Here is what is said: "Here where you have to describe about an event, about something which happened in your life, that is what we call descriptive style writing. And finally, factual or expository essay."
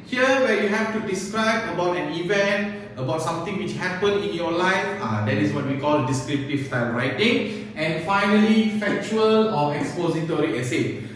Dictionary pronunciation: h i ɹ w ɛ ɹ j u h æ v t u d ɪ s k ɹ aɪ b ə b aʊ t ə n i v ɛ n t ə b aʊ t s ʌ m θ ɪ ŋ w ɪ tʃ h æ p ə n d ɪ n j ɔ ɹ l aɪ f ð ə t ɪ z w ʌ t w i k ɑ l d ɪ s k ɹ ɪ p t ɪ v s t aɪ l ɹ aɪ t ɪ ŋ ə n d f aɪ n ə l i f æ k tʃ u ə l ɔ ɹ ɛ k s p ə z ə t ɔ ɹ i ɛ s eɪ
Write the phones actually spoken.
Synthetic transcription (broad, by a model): h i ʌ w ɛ j u h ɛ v t u d ɪ s k ɹ aɪ b ə b aʊ t ə n i v ɛ n t ə b aʊ t s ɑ m t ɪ ŋ w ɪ tʃ h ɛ p ə n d ɪ n j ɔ l aɪ f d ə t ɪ s w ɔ t w i k ɑ l d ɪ s k ɹ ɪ p t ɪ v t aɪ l ɹ aɪ t ɪ ŋ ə n f aɪ n ə l i f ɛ k tʃ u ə l ɔ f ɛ k s p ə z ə t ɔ ɹ i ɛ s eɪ